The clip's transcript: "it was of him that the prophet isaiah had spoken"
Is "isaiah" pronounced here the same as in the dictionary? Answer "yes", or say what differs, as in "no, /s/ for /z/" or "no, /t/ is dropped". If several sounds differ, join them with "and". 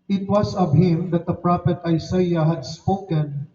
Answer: no, /s/ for /z/